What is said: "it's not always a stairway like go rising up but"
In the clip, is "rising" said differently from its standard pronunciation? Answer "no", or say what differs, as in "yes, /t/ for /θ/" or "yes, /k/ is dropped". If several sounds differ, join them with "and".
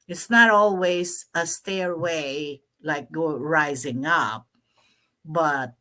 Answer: no